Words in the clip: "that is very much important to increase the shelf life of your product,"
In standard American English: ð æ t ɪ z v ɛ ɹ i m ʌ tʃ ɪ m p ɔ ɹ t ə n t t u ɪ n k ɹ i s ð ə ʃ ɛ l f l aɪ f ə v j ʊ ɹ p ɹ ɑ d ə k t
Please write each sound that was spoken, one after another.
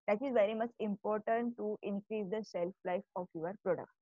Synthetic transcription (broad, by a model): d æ t ɪ z v ɛ ɹ i m ʌ tʃ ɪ m p ɔ ɹ t ə n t t u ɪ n k ɹ i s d ə s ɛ l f l aɪ f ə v j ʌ ɹ p ɹ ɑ d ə k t